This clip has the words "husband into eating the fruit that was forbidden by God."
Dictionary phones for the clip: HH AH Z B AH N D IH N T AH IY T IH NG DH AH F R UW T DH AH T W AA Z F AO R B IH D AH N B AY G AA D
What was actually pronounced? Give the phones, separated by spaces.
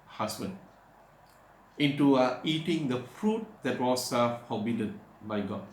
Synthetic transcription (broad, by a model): HH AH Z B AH N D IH N T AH IY T IH NG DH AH F R UW T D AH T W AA S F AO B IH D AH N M AY G AA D